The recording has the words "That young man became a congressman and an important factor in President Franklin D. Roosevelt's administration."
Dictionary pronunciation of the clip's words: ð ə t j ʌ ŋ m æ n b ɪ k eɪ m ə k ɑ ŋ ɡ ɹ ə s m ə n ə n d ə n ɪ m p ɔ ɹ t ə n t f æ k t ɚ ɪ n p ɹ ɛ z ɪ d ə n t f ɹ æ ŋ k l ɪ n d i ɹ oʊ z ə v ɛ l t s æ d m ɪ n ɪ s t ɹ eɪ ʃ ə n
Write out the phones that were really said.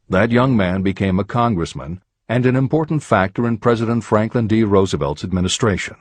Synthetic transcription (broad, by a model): ð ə t j ʌ ŋ m æ n b ɪ k eɪ m ə k ɑ ŋ ɡ ɹ ə s m ə n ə n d ə n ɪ m p ɔ ɹ t n t f æ k t ɚ ɪ n p ɹ ɛ z ɪ d ə n t f ɹ æ ŋ k l ɪ n d i ɹ oʊ z ə v ɛ l t s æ d m ɪ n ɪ s t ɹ eɪ ʃ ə n